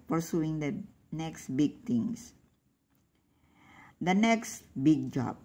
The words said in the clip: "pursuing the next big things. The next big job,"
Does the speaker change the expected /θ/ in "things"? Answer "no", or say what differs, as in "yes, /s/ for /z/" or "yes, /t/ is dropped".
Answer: yes, /t/ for /θ/